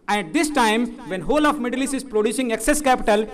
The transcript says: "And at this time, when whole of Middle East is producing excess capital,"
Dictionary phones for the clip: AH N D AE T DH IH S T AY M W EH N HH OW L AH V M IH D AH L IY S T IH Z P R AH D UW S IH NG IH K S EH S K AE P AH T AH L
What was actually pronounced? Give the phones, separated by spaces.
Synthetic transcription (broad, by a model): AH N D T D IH S T AY M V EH N HH OW L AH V M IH D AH L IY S IH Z P R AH D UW S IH NG IH K S EH S K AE P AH T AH L